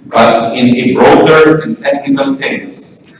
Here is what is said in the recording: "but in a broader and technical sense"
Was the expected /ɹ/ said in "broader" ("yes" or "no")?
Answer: yes